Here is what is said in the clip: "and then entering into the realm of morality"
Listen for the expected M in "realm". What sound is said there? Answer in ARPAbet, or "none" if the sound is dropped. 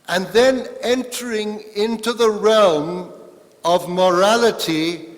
M